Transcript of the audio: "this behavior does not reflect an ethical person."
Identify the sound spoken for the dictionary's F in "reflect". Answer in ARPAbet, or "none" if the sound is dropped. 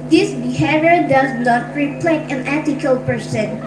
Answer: P